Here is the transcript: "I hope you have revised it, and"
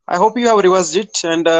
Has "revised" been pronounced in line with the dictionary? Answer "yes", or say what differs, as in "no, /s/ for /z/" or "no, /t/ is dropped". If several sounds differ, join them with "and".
no, /w/ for /v/